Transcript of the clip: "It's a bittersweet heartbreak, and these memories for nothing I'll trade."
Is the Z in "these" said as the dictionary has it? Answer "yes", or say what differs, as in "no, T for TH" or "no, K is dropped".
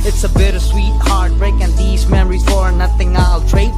yes